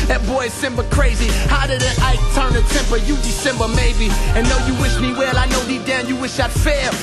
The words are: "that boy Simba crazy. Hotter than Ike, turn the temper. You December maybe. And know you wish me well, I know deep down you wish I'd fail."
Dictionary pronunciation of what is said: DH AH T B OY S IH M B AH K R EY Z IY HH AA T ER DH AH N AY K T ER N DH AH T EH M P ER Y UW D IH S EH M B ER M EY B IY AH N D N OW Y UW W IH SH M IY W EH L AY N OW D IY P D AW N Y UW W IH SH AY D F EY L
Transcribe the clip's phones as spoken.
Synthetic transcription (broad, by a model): DH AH T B OY S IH M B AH K R EY Z IY HH AA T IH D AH AY T ER N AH T EH M P ER Y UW D IH S EH M B ER M EY B IY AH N N OW Y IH W IH SH M IY W EH L AY N OW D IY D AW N Y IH W IH SH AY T F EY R